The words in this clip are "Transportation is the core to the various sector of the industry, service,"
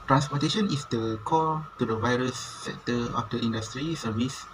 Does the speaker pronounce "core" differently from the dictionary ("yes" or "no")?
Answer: yes